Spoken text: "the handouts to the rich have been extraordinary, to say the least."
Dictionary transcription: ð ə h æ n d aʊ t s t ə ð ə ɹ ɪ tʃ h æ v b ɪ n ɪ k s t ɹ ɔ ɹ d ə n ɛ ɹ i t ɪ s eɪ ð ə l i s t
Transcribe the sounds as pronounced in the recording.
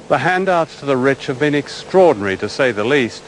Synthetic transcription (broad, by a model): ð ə h æ n d aʊ t s t ə ð ə ɹ ɪ tʃ h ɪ v b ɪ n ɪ k s t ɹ ɔ ɹ d n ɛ ɹ i t ɪ s eɪ ð ə l i s t